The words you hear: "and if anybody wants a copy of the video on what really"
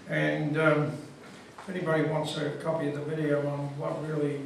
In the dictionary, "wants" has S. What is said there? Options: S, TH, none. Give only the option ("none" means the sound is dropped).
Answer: S